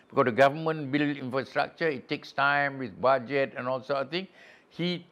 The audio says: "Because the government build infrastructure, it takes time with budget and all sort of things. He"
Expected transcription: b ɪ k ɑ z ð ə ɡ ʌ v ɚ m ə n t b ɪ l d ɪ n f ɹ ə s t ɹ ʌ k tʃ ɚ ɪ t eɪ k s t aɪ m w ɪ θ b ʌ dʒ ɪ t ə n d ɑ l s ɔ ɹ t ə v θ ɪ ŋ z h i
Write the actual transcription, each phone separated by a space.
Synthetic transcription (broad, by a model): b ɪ k ɑ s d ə ɡ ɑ v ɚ m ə n b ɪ l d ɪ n f ɹ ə s t ɹ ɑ k tʃ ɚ ɪ t eɪ k s t aɪ m w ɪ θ b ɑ dʒ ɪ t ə n ɑ l s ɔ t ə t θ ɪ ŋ h i